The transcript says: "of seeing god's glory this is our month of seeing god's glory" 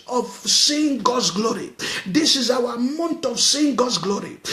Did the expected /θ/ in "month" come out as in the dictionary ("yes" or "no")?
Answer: no